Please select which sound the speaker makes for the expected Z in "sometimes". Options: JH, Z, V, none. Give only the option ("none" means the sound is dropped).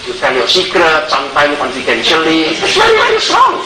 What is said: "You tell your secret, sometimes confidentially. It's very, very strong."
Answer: none